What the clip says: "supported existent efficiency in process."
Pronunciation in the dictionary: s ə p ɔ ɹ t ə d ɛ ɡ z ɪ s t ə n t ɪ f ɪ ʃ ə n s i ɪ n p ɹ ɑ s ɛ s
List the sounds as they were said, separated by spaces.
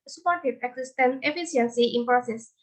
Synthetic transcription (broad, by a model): s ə p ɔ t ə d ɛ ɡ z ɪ s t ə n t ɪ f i s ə n s i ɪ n p ɹ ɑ s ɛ s